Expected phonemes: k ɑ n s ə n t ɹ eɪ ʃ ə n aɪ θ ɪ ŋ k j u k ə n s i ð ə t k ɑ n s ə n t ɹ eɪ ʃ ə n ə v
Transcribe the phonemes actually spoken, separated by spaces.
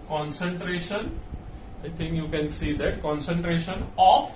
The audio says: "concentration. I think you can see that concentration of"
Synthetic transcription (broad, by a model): k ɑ n s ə n t ɹ eɪ ʃ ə n aɪ t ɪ ŋ k j u k ə n s i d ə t k ɑ n s ə n t ɹ eɪ ʃ ə n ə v